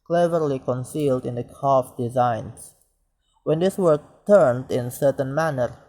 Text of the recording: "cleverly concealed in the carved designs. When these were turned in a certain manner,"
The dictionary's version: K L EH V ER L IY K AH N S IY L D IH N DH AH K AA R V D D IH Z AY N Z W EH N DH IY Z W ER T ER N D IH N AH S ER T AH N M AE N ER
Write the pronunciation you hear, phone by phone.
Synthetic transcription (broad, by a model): K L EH V ER L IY K AH N S IY L D IH N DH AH K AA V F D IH Z AY N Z W EH N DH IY S W ER T ER N D IH N S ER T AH N M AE N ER